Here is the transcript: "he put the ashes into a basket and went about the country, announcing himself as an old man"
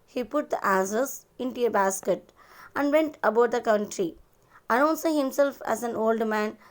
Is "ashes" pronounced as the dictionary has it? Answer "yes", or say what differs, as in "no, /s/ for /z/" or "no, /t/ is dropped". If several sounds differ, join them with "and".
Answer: no, /s/ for /ʃ/